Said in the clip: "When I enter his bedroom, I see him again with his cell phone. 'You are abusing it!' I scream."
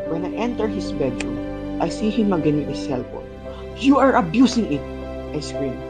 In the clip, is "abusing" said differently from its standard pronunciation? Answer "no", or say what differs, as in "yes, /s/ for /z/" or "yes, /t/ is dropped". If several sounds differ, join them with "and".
yes, /s/ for /z/